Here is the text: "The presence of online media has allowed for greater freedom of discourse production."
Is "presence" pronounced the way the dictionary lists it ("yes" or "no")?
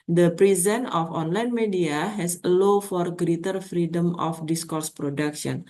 no